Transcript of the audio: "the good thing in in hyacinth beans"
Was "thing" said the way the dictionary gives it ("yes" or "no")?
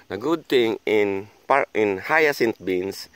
no